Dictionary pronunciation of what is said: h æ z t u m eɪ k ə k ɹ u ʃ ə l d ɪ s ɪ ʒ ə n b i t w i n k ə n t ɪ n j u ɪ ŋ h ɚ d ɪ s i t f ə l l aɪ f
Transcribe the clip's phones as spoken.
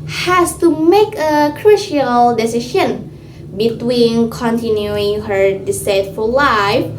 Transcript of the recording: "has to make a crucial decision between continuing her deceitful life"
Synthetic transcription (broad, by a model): h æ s t u m eɪ k ə k ɹ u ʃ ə l d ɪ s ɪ ʃ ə n b i t w i n k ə n t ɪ n j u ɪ ŋ h ɚ d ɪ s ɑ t f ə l l aɪ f